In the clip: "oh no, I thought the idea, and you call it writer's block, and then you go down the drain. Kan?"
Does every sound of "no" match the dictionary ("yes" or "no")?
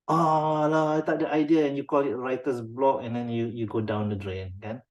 no